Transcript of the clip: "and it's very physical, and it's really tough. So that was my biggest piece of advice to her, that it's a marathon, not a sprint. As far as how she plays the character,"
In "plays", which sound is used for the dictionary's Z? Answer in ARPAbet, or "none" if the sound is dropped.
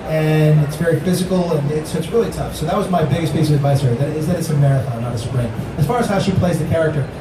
Z